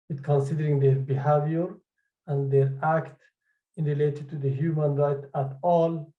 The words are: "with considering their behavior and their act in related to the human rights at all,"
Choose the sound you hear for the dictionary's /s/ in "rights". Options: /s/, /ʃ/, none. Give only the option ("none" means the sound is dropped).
none